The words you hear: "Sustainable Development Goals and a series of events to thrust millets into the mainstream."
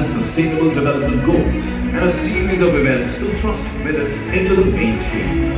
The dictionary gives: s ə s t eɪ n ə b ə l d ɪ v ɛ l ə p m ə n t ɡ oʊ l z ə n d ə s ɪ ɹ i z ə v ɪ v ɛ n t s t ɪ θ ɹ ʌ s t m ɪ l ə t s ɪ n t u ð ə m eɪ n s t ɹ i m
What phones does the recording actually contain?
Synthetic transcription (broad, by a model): s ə s t eɪ n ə b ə l d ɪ v ɛ l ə p m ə n ɡ oʊ l z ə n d ə s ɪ ɹ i z ə v ɪ v ɛ n t s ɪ t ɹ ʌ s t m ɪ n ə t s ɪ n t u ð ə m eɪ n s t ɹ i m